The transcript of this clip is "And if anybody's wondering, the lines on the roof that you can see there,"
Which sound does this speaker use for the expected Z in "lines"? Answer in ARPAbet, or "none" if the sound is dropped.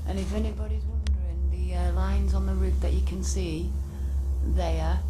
Z